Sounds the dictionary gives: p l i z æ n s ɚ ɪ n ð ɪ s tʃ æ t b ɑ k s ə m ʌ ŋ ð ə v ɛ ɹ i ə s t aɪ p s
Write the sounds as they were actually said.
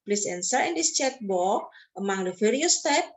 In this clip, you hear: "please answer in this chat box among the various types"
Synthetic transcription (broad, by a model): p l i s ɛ n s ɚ ɪ n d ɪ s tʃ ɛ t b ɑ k ə m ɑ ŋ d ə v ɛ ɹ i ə s t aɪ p